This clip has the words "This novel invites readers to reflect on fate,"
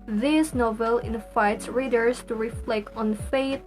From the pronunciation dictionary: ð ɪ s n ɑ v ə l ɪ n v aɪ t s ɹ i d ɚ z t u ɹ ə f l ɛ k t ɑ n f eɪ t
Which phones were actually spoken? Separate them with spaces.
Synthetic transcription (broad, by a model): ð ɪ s n ɑ v ə l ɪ n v aɪ t s ɹ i d ɚ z t u ɹ ə f l ɛ k t ɑ n f eɪ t